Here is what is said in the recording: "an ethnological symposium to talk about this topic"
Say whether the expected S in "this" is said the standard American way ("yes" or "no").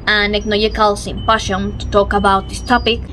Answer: yes